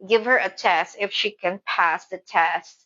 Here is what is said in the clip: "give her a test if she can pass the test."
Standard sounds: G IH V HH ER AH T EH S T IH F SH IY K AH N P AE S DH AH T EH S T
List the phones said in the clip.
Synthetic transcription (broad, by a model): G IH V HH ER AH T EH S T IH F SH IY K AH N P AE S DH AH T EH S T